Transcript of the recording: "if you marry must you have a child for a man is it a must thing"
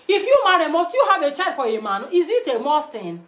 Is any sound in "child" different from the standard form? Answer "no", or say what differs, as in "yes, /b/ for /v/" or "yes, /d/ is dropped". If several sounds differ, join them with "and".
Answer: yes, /l/ is dropped